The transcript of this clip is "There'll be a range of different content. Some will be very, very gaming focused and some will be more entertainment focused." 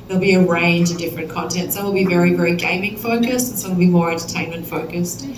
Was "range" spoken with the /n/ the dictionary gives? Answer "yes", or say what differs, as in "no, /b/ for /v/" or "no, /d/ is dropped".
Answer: yes